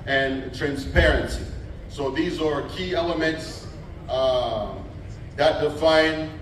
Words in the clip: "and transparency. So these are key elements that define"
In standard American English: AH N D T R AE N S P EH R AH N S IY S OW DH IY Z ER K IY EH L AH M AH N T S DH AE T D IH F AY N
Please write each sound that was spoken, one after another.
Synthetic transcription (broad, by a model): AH N T R AE N S P EH R AH N S IY S OW DH IY Z ER K IY EH L AH M AH N T S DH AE T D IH F AY N